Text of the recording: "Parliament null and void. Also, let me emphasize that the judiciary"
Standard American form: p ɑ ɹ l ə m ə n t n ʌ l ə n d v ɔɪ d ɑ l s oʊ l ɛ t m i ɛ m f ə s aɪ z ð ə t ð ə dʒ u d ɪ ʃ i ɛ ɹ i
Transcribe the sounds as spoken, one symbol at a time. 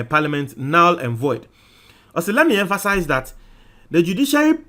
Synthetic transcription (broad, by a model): p ɑ l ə m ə n t n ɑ l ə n v ɔɪ d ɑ s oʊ l ɛ t m i ɛ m f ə s aɪ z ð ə t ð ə dʒ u d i ʃ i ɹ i